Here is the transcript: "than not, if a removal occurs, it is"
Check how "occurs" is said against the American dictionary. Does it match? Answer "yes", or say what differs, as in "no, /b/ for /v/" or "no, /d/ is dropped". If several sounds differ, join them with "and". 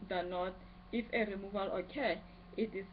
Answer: no, /z/ is dropped